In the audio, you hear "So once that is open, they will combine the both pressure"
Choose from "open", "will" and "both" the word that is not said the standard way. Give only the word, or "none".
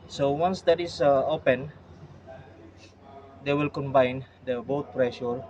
both